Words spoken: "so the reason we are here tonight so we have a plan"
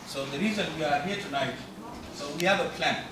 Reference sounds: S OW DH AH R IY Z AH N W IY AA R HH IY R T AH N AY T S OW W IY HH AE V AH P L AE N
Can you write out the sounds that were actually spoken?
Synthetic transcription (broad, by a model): S OW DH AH R IY Z AH N W IY AA R HH IY R T AH N AY T S OW W IY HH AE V AH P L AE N